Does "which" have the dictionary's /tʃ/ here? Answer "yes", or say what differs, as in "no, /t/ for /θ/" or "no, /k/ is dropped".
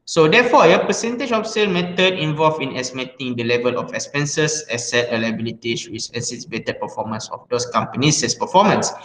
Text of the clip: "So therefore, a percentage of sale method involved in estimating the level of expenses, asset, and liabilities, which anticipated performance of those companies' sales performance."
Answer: no, /s/ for /tʃ/